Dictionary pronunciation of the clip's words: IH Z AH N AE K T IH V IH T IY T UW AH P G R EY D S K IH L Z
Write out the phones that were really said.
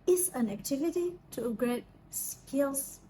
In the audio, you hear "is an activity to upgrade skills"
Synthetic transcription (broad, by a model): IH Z AH N AE K T IH V IH T IY T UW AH G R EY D S K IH L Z